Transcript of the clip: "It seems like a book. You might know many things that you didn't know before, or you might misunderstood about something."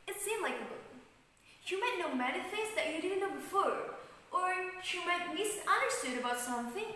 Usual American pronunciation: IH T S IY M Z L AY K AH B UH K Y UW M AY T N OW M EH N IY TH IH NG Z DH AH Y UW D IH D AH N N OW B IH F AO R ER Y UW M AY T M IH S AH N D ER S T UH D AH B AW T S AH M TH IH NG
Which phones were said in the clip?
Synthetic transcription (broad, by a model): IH T S IY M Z L AY K AH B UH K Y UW M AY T N OW M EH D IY F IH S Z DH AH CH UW D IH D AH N N OW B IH F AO R ER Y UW M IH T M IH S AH N D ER S T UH D AH B AW T S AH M TH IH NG